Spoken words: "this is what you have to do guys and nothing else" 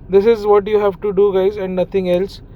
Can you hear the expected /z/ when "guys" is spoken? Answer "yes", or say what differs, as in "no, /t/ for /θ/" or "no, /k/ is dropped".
yes